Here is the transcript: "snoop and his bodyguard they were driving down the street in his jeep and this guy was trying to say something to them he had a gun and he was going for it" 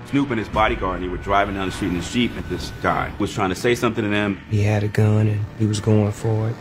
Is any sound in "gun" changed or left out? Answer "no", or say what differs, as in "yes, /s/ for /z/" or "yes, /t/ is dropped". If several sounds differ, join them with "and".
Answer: no